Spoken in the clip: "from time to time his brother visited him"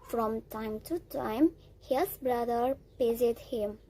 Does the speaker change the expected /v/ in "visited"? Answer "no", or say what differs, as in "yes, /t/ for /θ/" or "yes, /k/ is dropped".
yes, /p/ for /v/